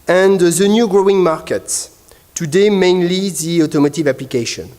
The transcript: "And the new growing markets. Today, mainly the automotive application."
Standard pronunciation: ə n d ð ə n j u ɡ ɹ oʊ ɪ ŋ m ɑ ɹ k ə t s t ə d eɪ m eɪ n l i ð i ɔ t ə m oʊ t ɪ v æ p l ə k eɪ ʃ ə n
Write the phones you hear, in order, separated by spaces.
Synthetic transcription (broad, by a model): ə n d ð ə n j u ɡ ɹ oʊ ɪ ŋ m ɑ ɹ k ə t s t ə d eɪ m eɪ n l i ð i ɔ t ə m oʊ t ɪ v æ p l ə k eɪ ʃ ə n